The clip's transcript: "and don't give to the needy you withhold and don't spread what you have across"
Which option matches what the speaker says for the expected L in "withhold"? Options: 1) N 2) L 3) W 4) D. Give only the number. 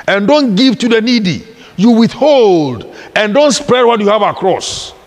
2